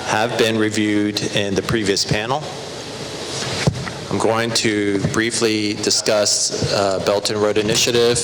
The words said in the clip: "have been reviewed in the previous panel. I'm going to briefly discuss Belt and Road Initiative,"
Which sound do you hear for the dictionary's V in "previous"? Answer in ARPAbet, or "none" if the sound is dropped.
V